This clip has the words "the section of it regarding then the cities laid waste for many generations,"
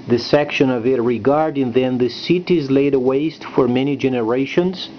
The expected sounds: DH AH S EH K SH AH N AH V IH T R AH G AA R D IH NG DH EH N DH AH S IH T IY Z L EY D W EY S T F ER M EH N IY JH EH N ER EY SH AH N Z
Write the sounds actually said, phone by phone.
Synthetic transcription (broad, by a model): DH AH S EH K SH AH N AH V IH T R AH G AA R D IH NG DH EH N DH AH S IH T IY Z L EY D W EY S T F ER M EH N IY JH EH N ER EY SH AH N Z